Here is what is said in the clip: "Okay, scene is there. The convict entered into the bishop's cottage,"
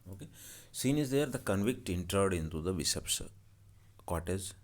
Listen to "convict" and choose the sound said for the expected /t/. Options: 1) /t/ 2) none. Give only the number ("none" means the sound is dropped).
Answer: 1